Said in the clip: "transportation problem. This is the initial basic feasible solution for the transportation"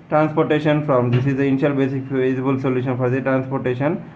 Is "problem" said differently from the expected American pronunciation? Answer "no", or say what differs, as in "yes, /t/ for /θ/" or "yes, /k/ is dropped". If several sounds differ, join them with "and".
yes, /f/ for /p/